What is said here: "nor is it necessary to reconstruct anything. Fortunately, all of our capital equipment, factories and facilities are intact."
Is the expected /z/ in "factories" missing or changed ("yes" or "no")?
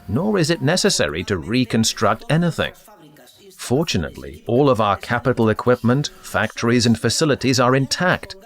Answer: no